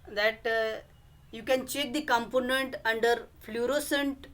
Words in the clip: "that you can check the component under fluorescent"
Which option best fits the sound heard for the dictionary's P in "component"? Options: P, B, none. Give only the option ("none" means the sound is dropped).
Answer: P